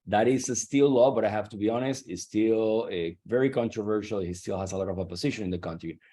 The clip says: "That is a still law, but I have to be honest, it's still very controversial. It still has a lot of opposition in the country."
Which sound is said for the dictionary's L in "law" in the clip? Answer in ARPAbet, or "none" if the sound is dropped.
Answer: L